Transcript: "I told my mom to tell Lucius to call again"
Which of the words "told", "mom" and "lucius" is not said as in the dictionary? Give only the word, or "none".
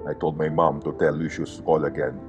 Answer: none